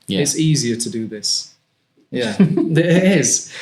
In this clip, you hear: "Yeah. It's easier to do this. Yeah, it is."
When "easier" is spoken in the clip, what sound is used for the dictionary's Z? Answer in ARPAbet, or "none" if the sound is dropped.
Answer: Z